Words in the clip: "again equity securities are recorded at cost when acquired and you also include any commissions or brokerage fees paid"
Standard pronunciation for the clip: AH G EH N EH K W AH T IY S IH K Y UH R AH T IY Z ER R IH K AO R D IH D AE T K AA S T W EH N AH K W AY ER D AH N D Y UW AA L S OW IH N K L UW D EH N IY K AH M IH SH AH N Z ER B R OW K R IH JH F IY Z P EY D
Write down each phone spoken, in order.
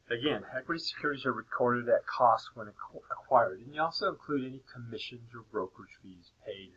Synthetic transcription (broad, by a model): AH G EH N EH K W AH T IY S IH K Y UH R AH T IY Z ER R IH K AO R D IH D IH T K AA S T W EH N AH K W AY ER D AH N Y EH AA L S OW IH N K L UW D EH N IY K AH M IH SH AH N Z ER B R OW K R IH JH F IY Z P EY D